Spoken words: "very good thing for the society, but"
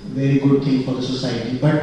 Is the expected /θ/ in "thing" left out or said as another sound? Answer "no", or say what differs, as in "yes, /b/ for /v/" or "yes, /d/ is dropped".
yes, /t/ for /θ/